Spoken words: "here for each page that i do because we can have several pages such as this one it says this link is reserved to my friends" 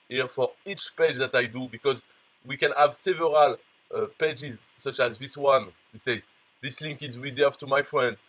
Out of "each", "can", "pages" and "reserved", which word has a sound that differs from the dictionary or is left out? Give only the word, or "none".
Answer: reserved